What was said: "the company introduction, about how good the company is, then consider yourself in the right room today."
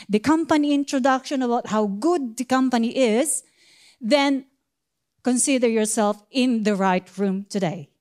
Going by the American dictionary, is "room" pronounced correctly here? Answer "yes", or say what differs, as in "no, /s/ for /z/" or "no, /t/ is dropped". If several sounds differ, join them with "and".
yes